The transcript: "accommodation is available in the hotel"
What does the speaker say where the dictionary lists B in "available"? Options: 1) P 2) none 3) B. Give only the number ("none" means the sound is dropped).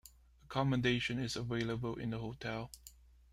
3